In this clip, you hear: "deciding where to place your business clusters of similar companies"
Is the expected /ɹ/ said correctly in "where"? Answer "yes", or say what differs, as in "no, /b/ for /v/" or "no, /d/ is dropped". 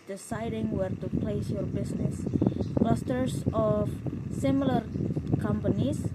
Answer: yes